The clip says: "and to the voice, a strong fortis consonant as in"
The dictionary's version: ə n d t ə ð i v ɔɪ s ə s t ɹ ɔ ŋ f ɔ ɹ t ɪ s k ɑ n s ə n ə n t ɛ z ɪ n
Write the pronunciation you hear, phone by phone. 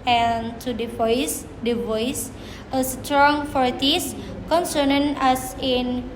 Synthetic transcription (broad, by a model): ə n d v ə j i v ɔɪ s ə s t ɹ ɔ ŋ f ɔ ɹ t ɪ s k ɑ n s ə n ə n ɑ s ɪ n